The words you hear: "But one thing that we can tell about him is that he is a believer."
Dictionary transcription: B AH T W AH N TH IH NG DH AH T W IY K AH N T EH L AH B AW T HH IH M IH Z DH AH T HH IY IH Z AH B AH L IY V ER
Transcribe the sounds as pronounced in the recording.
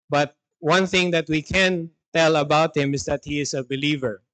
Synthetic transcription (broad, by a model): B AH T W AH N TH IH NG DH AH T W IY K AH N T EH L AH B AW T HH IH M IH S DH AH T HH IY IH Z AH B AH L IY V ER